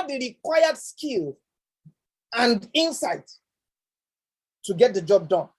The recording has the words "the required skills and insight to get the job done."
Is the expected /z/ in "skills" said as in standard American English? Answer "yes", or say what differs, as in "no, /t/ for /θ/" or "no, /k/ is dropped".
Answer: no, /z/ is dropped